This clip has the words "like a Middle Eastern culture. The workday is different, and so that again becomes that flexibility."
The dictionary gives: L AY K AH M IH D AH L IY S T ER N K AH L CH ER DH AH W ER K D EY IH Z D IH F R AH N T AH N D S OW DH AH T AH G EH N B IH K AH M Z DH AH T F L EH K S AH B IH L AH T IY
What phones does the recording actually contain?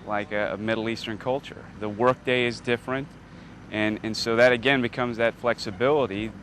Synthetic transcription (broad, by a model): L AY K AH M IH D L IY S T ER N K AH L CH ER DH AH W ER K D EY IH Z D IH F R AH N T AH N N S OW DH AH T AH G EH N B IH K AH M Z DH AH T F L EH K S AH B IH L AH T IY